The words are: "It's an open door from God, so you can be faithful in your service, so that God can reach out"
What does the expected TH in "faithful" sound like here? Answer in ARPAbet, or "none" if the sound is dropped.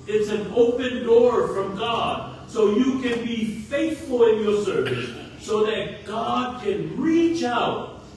TH